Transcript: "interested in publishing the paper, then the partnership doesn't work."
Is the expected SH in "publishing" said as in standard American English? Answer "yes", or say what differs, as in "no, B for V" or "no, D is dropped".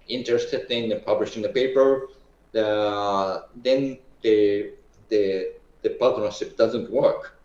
yes